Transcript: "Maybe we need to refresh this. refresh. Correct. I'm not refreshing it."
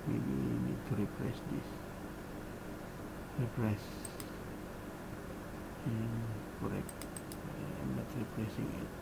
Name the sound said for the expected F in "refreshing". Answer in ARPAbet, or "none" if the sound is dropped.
P